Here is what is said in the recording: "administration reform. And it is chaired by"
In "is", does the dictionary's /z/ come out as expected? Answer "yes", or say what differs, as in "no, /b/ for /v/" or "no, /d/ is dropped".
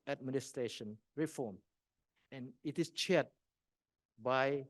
no, /s/ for /z/